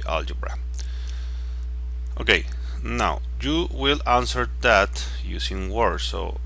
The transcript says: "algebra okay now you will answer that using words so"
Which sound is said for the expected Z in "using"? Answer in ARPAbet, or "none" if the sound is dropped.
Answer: S